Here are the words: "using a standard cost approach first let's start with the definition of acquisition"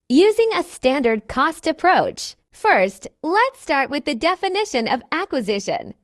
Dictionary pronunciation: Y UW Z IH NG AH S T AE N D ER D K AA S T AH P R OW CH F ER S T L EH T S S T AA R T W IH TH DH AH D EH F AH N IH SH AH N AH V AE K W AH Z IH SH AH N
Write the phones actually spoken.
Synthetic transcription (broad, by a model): Y UW Z IH NG AH S T AE N D ER D K AA S T AH P R OW CH F ER S T L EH T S S T AA R T W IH DH AH D EH F AH N IH SH AH N AH V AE K W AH Z IH SH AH N